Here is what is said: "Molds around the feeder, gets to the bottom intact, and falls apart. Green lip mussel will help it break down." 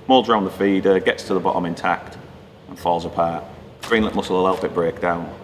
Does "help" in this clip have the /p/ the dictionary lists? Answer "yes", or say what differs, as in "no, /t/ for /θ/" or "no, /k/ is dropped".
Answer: no, /b/ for /p/